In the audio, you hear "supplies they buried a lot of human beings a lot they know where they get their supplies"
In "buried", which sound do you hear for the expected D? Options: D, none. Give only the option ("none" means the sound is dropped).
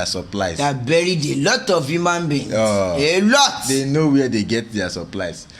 D